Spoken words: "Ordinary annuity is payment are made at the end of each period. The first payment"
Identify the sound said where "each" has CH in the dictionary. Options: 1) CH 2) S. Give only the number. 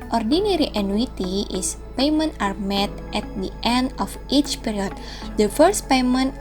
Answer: 1